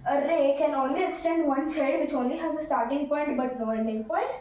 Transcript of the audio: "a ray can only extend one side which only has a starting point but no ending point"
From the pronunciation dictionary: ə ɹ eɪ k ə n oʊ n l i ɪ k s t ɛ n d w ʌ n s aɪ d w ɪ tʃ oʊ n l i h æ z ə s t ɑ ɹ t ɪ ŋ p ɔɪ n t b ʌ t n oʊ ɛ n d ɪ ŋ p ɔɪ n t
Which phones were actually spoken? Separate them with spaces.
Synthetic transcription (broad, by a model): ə ɹ eɪ k ə n oʊ n l i ɪ k s t ɛ n d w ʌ n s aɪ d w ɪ tʃ oʊ n l i h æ z ə s t ɑ ɹ t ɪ ŋ p ɔɪ n t b ʌ t l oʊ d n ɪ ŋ p ɔɪ n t